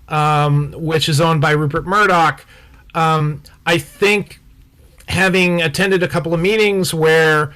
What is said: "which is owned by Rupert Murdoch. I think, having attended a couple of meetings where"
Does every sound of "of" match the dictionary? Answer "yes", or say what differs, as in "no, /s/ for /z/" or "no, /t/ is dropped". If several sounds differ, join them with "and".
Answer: yes